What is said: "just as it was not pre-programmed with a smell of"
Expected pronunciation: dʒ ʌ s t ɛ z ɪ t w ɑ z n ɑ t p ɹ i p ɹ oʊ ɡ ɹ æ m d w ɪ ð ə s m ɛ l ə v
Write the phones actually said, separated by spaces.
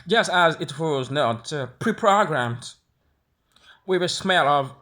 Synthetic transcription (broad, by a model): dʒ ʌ s t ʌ z ɪ t w ɑ z n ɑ t p ɹ i p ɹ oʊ ɡ ɹ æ m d w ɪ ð ə s m ɛ l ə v